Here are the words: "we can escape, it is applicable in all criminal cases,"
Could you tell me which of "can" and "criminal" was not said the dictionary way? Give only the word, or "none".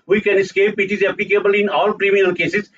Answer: criminal